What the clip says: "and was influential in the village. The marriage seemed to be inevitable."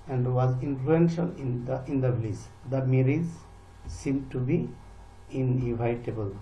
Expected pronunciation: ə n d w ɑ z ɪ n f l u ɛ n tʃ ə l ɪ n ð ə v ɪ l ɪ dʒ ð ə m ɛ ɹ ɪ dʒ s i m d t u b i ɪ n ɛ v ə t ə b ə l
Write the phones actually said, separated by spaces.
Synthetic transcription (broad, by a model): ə n d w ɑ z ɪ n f l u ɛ n ʃ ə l ɪ n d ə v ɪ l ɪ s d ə m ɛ ɹ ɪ z s i m d t u b i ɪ n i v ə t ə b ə l